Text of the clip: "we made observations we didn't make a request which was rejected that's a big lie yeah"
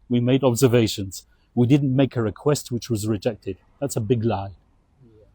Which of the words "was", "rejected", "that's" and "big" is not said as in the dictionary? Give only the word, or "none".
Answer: none